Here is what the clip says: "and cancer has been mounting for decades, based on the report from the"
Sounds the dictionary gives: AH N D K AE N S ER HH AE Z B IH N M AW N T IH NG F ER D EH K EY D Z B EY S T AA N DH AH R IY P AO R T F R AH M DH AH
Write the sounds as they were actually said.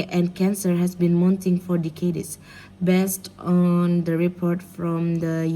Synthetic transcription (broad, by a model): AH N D K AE N S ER HH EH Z B IH N M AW N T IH NG F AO D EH K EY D S B EY S T AA N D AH R IY P AO R T F R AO M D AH